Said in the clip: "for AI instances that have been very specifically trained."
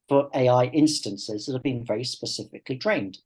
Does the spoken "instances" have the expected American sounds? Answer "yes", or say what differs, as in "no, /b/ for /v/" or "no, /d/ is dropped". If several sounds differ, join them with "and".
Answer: yes